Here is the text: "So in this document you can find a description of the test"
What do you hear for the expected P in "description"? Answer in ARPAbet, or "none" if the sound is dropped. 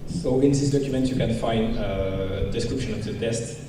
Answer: P